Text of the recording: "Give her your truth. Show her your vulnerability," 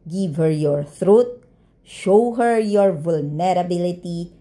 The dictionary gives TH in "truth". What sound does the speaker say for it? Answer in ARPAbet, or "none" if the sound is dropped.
T